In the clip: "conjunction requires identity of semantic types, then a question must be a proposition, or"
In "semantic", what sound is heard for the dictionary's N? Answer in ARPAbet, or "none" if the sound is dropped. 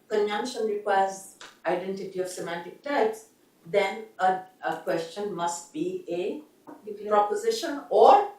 N